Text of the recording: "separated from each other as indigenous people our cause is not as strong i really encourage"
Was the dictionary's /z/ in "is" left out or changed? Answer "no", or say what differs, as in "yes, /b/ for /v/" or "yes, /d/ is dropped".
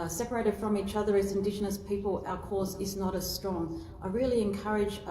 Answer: no